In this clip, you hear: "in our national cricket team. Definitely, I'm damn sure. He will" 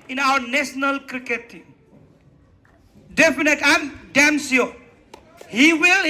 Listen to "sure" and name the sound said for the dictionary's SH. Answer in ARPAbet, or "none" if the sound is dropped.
S